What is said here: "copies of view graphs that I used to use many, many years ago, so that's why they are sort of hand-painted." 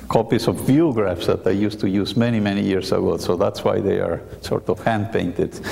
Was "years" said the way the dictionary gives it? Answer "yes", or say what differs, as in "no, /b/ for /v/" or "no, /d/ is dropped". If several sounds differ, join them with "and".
no, /s/ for /z/